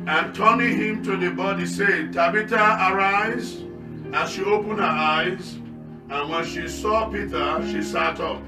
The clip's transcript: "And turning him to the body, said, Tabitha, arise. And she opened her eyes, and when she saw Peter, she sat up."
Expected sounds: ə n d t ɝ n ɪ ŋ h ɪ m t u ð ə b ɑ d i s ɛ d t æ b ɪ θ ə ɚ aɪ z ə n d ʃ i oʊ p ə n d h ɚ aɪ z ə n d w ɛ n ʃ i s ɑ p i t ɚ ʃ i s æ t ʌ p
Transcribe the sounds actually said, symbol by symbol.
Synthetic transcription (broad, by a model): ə n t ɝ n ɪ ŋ h ɪ m t u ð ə b ɑ d i s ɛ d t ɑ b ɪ t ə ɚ aɪ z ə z ʃ i oʊ p ə n d h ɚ aɪ z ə n w ɛ n ʃ i s ɑ p i t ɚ ʃ i s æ t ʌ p